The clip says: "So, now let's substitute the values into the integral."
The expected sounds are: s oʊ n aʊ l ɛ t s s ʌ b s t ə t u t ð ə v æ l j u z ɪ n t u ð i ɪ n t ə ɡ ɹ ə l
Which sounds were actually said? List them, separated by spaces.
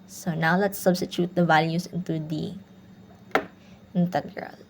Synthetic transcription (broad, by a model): s oʊ n aʊ l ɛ t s s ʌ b s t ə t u t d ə v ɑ l j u s ɪ n t u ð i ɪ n t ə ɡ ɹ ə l